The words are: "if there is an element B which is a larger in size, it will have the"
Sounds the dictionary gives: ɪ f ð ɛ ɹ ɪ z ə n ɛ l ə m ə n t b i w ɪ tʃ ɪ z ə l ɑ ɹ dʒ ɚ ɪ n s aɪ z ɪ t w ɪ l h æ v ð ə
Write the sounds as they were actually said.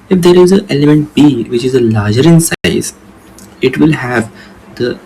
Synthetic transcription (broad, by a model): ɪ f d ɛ ɹ ɪ z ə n ɛ l ə m ə n t b i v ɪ tʃ ɪ z ə l ɑ ɹ dʒ ɚ ɪ n s aɪ z ɪ t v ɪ l h æ v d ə